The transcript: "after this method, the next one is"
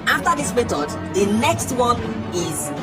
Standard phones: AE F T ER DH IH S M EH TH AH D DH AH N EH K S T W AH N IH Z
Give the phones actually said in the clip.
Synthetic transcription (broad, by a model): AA F T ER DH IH S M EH T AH D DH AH N EH K S T W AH N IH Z